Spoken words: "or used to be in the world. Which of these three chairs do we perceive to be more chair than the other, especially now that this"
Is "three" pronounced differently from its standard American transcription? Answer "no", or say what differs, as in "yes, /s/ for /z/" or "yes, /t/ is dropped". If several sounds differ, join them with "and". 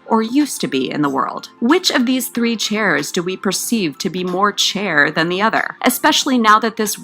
no